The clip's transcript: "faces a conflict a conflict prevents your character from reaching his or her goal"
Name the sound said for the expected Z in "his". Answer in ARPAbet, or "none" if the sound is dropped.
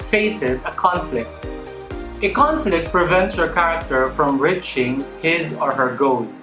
Z